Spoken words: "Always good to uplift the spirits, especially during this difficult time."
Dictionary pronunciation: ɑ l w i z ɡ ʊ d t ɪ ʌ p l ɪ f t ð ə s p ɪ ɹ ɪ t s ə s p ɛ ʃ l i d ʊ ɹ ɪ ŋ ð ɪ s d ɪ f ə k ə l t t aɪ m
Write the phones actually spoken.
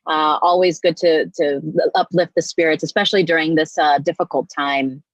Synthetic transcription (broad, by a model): ɑ l w i z ɡ ʊ d t ɪ ʌ p l ɪ f t ð ə s p ɪ ɹ ɪ t s ə s p ɛ ʃ l i d ʊ ɹ ɪ ŋ ð ɪ s d ɪ f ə k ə l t t aɪ m